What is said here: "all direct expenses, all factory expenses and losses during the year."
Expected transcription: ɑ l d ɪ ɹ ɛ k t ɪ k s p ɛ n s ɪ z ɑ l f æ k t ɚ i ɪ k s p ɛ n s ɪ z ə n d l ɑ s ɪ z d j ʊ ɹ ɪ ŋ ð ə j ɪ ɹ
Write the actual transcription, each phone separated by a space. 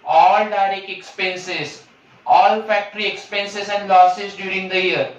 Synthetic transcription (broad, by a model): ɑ l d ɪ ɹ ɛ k ɪ k s p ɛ n s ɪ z ɑ l f æ k t ɚ i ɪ k s p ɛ n s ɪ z ə n d l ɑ s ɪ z d j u ɹ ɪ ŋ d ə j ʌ ɹ